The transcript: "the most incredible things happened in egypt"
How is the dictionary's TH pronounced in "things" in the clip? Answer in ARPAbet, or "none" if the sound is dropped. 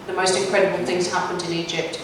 TH